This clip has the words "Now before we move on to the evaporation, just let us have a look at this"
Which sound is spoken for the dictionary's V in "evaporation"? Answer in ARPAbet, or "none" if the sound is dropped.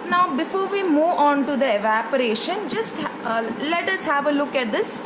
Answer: V